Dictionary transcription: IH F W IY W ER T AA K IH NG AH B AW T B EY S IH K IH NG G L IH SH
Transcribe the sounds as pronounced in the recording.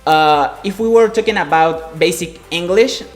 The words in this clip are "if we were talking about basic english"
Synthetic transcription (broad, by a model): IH F W IY W ER T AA K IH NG AH B AW T B EY S IH K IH NG G L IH SH